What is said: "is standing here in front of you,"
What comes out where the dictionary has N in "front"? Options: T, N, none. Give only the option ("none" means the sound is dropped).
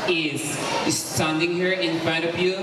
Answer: none